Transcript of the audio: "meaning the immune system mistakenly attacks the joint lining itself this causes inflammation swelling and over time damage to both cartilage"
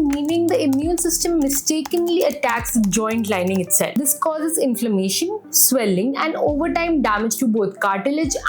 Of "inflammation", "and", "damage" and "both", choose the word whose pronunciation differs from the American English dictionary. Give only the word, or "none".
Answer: both